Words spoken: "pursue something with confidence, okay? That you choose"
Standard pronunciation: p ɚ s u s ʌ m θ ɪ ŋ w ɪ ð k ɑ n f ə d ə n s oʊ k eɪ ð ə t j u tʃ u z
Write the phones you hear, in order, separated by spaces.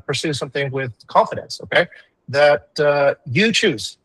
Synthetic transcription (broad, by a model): p ɚ s u s ʌ m θ ɪ ŋ w ɪ ð k ɑ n f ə d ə n s oʊ k eɪ ð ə t j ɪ tʃ u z